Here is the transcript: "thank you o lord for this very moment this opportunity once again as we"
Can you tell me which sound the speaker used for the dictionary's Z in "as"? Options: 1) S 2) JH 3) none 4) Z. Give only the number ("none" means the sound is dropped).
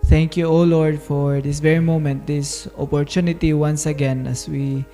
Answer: 1